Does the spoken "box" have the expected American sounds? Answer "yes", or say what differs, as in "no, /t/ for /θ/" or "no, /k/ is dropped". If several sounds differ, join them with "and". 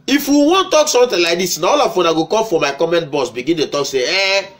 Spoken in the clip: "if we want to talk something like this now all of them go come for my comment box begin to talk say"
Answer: no, /k/ is dropped